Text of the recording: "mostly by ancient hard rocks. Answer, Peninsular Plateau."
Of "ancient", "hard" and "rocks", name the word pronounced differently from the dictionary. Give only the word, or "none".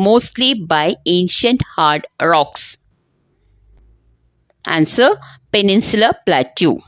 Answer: none